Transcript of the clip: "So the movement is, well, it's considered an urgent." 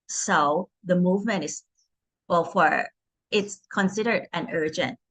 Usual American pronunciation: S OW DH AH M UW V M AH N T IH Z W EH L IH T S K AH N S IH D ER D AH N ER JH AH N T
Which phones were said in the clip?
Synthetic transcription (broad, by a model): S OW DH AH M UW V M AH N T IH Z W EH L IH T S K AH N S IH D ER D AH N ER JH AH N T